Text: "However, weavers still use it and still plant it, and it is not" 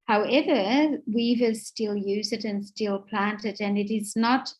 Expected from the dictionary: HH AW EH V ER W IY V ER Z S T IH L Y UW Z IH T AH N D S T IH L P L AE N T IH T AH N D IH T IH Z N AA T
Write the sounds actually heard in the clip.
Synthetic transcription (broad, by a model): HH AW EH V ER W IY V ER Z S T IH L Y UW Z IH T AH N S T IH L P L AE N T IH T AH N IH T IH Z N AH T